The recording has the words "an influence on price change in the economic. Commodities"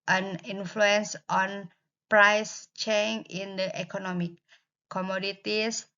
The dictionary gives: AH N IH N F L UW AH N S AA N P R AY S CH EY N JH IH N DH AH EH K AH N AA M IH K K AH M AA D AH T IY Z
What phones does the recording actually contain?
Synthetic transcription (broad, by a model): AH N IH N F L UW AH N S AA N P R AY S CH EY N IH N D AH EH K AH N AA M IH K K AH M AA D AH T IY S